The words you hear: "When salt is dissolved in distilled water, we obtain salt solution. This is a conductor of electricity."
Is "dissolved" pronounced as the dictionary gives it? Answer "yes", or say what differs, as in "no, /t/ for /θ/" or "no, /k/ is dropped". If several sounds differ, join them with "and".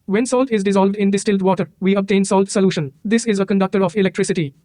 yes